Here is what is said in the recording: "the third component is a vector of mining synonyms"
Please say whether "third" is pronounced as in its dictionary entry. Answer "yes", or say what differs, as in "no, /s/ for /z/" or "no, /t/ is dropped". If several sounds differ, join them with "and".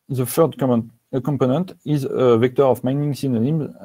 no, /f/ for /θ/